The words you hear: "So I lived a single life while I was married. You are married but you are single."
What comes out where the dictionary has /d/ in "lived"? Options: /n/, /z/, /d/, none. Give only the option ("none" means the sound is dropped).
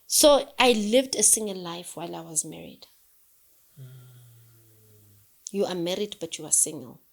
/d/